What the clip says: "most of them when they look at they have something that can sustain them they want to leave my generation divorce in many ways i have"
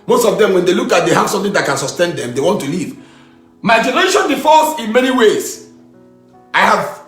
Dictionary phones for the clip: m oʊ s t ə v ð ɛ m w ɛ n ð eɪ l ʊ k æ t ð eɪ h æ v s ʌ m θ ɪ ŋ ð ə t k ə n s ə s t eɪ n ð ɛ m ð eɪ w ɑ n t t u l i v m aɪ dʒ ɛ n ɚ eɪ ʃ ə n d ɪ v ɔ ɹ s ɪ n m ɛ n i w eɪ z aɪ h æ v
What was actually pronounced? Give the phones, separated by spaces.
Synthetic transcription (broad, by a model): m oʊ s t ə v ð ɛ m w ɛ n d eɪ l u k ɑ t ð eɪ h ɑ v s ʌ m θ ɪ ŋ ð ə t k ə n s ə s t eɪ n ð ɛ m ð eɪ w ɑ n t t u l i v m aɪ dʒ ɛ n ɚ eɪ ʃ ə n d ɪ f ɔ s ɪ n m ɛ n i w eɪ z aɪ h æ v